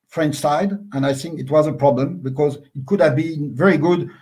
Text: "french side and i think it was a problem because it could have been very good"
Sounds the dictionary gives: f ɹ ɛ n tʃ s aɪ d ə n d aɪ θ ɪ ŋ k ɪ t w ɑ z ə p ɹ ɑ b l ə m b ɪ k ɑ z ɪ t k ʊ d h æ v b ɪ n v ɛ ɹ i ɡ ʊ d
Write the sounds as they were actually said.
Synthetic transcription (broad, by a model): f ɹ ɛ n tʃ s aɪ d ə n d aɪ θ ɪ ŋ k ɪ t w ɑ z ə p ɹ ɑ b l ə m b ɪ k ɑ z ɪ t k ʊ d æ v b ɪ n v ɛ ɹ i ɡ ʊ d